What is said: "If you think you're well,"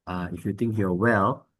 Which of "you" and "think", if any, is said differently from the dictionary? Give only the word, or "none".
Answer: think